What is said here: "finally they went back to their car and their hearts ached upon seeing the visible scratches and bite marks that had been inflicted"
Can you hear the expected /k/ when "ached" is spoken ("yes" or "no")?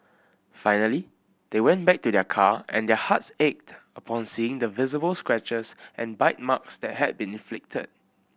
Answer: yes